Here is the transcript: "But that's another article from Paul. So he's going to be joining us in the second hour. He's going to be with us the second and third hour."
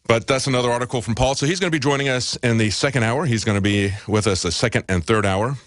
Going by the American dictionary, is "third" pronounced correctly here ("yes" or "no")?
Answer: yes